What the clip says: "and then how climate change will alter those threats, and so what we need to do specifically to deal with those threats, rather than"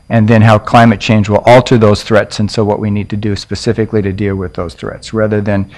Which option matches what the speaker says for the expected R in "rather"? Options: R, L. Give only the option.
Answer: R